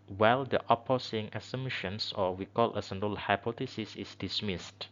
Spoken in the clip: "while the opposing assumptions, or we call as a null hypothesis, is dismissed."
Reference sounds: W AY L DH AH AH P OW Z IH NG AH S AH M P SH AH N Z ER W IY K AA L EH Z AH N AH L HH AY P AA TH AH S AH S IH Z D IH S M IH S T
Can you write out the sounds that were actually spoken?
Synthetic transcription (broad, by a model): W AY L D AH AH P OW S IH NG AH S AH M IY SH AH N S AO W IY K AA L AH S AH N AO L HH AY P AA T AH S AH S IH S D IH S M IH S T